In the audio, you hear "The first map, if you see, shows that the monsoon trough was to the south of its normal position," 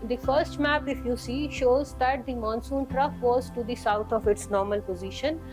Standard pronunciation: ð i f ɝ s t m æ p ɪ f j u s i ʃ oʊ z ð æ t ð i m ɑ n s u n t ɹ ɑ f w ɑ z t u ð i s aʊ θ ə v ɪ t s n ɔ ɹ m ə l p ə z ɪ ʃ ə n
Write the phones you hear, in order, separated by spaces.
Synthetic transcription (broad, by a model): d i f ɝ s t m æ p ɪ f j u s i ʃ oʊ z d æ t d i m ɑ n s u n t ɹ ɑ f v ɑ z t u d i s aʊ t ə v ɪ t s n ɔ ɹ m ə l p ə z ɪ ʃ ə n